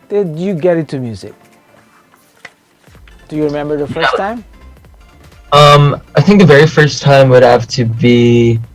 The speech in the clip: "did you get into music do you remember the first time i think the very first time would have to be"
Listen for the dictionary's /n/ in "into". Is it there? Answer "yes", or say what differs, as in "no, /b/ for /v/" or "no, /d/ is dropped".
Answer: no, /n/ is dropped